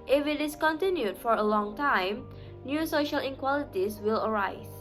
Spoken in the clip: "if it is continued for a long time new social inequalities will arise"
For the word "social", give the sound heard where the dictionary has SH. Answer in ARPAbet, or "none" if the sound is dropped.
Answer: SH